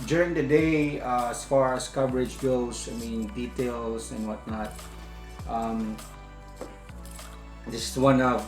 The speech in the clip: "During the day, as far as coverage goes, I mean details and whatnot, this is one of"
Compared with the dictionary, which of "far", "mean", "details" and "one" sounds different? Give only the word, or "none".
details